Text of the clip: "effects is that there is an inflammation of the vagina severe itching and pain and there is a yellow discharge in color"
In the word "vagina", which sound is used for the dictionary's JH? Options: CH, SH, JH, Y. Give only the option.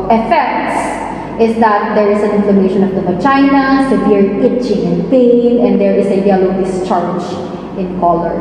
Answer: CH